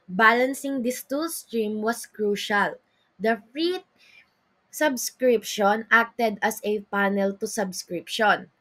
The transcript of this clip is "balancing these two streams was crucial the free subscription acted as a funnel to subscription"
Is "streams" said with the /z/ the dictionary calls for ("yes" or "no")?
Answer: no